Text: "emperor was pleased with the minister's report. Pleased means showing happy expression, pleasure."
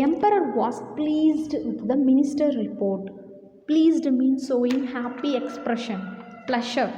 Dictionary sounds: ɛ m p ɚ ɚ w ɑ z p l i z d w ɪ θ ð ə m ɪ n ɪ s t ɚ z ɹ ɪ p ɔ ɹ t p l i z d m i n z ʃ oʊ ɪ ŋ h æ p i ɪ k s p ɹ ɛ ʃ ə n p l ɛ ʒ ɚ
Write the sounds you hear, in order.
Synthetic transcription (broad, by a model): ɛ m p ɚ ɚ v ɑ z p l i z d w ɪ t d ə m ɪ n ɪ s t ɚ ɹ ɪ p ɔ ɹ t p l i z d m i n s oʊ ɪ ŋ h æ p i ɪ k s p ɹ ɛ ʃ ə n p l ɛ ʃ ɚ